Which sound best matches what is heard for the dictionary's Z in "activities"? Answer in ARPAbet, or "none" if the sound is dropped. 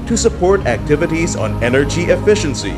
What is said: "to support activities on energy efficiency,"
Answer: Z